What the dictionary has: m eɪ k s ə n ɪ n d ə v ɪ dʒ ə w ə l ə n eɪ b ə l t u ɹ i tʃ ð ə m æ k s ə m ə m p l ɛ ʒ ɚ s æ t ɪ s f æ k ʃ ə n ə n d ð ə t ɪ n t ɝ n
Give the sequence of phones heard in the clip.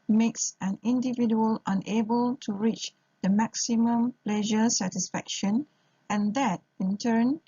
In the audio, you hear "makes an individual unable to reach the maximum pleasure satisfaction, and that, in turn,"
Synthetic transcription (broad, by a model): m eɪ k s ə n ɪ n d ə v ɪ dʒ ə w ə l ə n eɪ b ə l t u ɹ i tʃ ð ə m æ k s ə m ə m p l ɛ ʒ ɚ s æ t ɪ s f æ k ʃ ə n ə n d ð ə t ɪ n t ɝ n